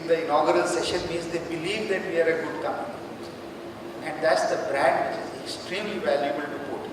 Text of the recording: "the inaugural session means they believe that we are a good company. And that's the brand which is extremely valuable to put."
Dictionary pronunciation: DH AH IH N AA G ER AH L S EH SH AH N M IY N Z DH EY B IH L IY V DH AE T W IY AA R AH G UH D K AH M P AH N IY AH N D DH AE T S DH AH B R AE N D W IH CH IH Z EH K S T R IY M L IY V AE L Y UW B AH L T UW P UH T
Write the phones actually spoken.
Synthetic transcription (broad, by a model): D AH IH N AA G ER AH L S EH SH AH N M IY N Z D EY B IH L IY V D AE T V IY AA R AH G UH D K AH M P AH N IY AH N D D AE T S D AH B R AE N D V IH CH IH Z EH K S T R IY M L IY V AE L Y UW B AH L T UW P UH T